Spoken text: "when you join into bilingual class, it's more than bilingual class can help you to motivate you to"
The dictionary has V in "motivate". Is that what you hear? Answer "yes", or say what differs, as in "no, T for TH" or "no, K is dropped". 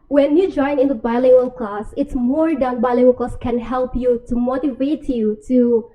yes